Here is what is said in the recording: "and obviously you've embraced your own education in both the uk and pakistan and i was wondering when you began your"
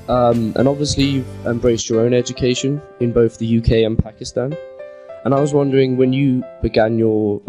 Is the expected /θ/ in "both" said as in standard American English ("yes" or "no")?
yes